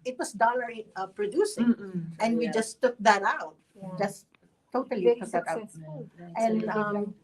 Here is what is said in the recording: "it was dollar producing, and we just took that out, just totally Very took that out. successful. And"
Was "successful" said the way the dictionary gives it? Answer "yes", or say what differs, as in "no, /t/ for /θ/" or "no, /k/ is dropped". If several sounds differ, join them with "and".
no, /n/ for /l/